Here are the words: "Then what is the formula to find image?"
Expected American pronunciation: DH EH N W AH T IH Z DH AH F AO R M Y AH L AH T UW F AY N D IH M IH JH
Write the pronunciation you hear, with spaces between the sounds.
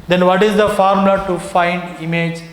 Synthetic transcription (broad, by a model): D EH N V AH T IH Z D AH F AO R M L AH T UW F AY N D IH M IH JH